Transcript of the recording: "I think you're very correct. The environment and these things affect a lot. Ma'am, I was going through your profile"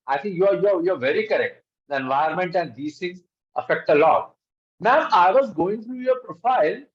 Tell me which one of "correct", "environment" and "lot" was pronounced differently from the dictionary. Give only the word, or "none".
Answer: environment